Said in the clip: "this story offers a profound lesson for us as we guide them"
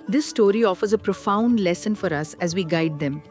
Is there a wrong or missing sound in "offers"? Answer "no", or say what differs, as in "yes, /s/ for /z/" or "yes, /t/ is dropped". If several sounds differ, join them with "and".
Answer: no